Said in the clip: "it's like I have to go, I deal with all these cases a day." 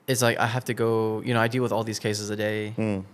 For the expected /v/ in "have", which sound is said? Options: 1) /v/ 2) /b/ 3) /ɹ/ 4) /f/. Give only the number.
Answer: 4